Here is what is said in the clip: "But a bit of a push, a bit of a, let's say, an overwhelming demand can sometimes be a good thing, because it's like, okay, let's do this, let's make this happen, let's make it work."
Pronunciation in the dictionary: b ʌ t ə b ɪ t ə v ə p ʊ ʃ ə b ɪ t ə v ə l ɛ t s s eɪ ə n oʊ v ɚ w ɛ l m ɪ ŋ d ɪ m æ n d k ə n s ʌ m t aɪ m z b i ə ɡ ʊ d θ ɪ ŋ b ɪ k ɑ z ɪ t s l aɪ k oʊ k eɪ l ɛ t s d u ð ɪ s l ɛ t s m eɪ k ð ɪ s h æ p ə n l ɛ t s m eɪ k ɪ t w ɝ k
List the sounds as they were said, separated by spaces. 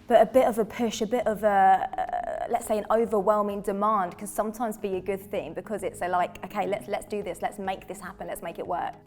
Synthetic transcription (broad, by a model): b ʌ t ə b ɪ t ə v ə p ʊ ʃ ə b ɪ t ə v ə l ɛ t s s eɪ ə n oʊ v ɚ w ɛ l m ɪ ŋ d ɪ m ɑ n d k ə n s ʌ m t aɪ m z b i ə ɡ ʊ d θ ɪ ŋ b ɪ k ɑ z ɪ t s l aɪ k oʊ k eɪ l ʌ t s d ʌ ð ɪ s l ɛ t s m eɪ k ð ɪ s h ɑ p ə n l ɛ t s m eɪ k ɪ t w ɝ k